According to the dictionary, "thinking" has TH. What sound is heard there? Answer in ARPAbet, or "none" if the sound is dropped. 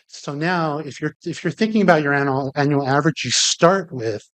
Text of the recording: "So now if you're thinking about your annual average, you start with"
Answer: TH